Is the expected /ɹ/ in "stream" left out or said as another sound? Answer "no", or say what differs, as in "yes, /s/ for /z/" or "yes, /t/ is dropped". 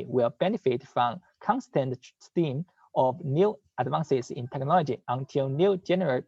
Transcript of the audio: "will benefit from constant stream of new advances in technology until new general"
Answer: yes, /ɹ/ is dropped